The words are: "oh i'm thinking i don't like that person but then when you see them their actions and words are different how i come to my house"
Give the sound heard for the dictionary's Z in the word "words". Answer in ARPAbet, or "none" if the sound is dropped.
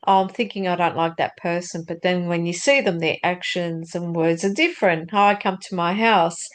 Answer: Z